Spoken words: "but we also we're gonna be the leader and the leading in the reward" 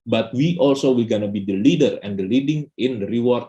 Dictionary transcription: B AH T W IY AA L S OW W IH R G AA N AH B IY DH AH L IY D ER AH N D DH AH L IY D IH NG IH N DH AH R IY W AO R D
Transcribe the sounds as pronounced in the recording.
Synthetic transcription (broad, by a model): B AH T W IY AA L S OW W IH L G AA N AH B IY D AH L IY D ER AH N D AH L IY D IH NG IH N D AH R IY W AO R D